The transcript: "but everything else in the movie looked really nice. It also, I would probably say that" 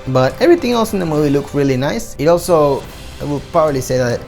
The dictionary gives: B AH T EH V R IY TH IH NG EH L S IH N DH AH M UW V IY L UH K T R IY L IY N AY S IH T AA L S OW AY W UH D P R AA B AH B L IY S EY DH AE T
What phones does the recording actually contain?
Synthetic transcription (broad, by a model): B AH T EH V R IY T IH NG EH L S IH N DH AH M UW V IY L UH K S R IY L IY N AY S IH T AA L S OW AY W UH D P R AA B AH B L IY S EY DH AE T